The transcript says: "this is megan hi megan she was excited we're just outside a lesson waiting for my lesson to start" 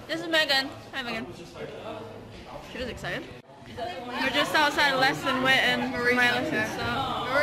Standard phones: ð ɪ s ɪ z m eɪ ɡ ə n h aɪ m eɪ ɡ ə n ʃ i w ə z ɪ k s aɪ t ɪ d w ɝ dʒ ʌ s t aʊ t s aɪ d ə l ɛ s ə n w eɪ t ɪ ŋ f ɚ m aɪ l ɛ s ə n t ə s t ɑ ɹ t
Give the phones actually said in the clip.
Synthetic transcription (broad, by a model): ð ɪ s ɪ z m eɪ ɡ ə n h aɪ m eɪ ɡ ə n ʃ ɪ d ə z ɪ k s aɪ t ɪ d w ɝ dʒ ʌ s t aʊ t s aɪ d l ɛ s ə n w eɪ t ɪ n m aɪ l ɛ s ə n s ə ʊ